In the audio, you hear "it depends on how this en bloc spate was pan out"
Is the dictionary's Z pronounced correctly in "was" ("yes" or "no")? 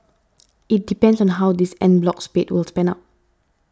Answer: no